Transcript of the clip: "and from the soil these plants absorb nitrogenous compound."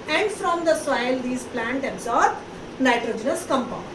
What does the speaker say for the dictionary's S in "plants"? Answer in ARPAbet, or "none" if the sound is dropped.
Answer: none